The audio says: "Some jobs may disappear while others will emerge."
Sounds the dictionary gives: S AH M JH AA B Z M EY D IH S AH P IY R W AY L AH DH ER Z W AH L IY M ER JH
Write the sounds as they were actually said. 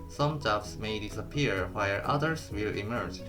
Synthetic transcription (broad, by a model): S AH M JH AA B S M EY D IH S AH P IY R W AY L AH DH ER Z W AH L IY M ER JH